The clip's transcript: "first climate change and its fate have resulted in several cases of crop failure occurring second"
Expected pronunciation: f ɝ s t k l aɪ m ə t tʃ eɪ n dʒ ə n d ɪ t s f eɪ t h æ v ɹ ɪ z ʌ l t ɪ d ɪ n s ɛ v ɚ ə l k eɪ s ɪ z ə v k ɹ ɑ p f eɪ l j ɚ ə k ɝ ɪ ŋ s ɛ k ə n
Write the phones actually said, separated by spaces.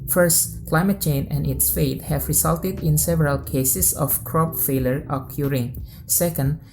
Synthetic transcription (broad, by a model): f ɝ s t k l aɪ m ə t tʃ eɪ n ə n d ɪ t s f eɪ t h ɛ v ɹ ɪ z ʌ l t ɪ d ɪ n s ɛ v ɚ ə l k eɪ s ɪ s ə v k ɹ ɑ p f eɪ l j ɚ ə k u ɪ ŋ s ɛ k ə n